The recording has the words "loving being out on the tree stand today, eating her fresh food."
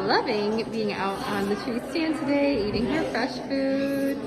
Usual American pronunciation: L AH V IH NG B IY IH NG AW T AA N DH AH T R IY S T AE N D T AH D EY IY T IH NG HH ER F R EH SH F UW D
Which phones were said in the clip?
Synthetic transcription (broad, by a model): L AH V IH NG B IY IH NG AW T N DH AH T R IY S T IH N T AH D EY IY T IH NG HH ER F R EH SH F UW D